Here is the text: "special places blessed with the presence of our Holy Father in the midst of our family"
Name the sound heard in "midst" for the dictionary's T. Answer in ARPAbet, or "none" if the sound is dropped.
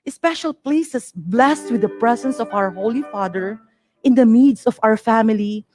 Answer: none